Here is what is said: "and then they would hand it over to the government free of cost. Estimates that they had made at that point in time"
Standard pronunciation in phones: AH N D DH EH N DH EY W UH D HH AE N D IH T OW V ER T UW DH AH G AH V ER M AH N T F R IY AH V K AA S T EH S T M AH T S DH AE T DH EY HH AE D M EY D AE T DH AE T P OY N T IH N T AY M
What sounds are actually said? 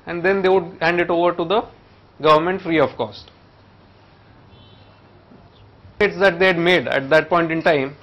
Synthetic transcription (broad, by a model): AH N D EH N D EY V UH D HH AE N D IH T OW V ER T UW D AH G AH V ER M AH N T F R IY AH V K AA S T S T AH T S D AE T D EY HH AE D M EY D AE T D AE T P OY N T IH N T AY M